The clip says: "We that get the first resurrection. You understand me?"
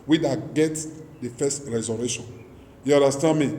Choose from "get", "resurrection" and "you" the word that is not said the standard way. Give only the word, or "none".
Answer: resurrection